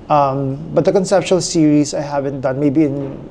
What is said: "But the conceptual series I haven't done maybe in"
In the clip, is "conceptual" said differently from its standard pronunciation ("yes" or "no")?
yes